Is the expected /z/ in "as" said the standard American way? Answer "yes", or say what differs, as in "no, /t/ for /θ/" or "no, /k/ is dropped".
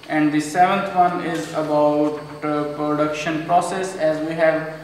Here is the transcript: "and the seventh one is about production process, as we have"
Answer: yes